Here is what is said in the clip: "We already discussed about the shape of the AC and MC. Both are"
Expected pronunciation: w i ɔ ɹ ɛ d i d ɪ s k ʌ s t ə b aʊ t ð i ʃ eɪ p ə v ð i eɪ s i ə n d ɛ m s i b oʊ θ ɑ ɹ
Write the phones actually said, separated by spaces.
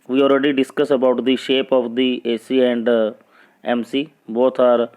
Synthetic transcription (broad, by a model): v i ɔ ɹ ɛ d i d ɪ s k ʌ s ə b aʊ t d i ʃ eɪ p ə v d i eɪ s i ə n d ɛ m s i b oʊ t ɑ ɹ